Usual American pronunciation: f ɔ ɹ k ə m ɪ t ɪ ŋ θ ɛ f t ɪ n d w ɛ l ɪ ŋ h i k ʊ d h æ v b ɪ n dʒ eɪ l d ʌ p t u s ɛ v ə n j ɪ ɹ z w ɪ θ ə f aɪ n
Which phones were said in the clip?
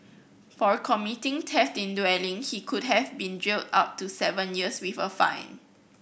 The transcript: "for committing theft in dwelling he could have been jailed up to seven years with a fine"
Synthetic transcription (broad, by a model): f ɔ ɹ k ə m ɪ t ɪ ŋ t ɛ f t ɪ n d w ɛ l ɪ ŋ h i k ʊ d h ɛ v b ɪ n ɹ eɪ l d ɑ p t u s ɛ v ə n j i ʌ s w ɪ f ə f aɪ n